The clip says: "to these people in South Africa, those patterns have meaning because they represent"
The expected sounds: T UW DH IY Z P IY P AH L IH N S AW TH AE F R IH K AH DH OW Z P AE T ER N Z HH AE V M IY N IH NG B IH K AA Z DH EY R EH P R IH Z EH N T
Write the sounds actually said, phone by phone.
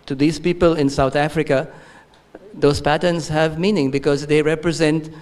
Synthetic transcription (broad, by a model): T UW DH IY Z P IY P AH L IH N S AW T AE F R IH K AH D OW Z P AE T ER N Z HH AE V M IY N IH NG B IH K AA Z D EY R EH P R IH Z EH N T